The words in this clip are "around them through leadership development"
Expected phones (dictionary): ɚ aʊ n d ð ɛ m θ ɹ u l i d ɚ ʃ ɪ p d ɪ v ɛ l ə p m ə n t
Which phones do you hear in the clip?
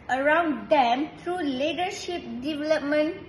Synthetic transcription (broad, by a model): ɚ aʊ n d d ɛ m t ɹ u l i d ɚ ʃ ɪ p d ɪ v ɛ l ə p m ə n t